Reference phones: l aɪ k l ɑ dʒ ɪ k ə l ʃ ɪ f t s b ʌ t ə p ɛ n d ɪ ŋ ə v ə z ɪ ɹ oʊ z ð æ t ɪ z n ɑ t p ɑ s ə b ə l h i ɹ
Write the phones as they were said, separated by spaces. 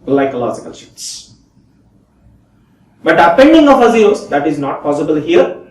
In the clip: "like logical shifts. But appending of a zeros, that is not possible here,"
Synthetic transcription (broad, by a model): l aɪ k l ɑ dʒ ɪ k ə l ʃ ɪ t s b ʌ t ə p ɛ n d ɪ ŋ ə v ə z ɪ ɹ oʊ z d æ t ɪ z n ɑ t p ɑ s ə b ə l h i ɹ